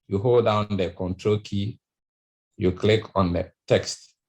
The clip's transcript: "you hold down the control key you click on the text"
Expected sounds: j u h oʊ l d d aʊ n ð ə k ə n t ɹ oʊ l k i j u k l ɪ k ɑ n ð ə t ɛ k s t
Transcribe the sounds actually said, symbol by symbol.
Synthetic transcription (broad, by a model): j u h oʊ l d d aʊ n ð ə k ə n t ɹ oʊ l k i j u k l ɪ k ɑ n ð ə t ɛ k s t